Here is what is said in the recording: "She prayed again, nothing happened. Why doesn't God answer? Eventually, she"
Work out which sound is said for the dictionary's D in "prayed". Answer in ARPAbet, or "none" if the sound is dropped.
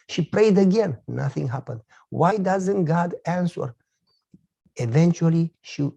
D